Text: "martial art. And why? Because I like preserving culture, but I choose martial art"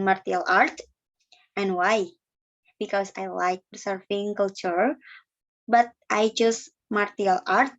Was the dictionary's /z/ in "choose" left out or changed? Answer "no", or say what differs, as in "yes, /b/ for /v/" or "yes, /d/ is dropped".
yes, /s/ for /z/